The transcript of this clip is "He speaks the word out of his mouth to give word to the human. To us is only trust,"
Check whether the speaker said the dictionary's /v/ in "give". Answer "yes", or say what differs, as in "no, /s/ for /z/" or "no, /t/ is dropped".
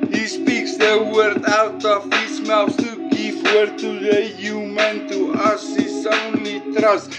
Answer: no, /p/ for /v/